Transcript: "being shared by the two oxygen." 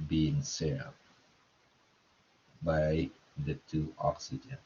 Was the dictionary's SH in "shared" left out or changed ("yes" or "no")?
yes